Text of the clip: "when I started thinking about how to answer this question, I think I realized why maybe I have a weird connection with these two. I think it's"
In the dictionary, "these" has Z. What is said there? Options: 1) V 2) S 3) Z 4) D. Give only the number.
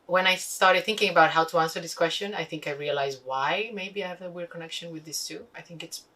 2